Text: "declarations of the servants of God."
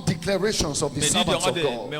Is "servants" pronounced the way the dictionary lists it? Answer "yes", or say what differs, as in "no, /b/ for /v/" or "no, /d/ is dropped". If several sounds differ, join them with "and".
no, /n/ is dropped